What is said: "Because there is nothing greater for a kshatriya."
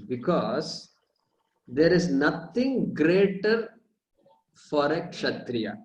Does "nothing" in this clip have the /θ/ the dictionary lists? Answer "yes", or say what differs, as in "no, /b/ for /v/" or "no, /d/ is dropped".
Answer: no, /t/ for /θ/